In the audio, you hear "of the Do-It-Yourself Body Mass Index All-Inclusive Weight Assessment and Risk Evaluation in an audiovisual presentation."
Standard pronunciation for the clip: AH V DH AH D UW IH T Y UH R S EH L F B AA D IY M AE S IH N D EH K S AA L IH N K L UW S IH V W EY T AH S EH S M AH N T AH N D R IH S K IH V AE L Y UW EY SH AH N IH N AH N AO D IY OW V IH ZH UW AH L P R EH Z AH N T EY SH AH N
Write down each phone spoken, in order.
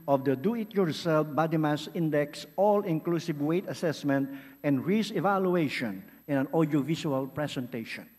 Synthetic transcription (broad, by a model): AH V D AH D UW IH T Y UH R S EH L F B AA D IY M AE S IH N D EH K S AA L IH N K L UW S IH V W EY T AH S EH S M AH N T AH N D R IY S IH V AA L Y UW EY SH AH N IH N AH N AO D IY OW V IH S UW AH L P R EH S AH N T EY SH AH N